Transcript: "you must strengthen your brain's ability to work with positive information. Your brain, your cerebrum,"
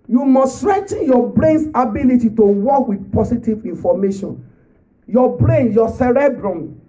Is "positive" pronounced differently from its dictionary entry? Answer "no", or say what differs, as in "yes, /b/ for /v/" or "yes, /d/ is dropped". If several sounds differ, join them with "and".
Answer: yes, /s/ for /z/